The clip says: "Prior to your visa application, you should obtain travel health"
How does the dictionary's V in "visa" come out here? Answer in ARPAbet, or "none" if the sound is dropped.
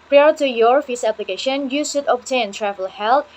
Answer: F